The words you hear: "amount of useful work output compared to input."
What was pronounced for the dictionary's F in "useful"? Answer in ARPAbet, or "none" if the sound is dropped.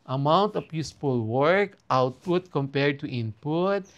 P